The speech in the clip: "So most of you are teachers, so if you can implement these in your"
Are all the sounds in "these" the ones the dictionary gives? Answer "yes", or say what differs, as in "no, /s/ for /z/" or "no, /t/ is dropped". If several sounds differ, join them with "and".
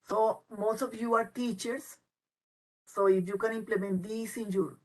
no, /s/ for /z/